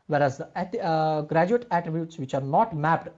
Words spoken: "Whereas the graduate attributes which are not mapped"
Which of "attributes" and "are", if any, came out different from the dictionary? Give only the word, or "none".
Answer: none